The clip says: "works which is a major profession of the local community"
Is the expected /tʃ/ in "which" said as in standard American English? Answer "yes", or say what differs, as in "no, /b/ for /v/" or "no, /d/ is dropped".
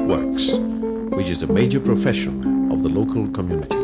yes